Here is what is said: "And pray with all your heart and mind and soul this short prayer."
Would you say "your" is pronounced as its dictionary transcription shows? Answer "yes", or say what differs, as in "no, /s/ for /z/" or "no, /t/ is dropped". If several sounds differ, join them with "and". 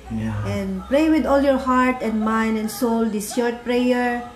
yes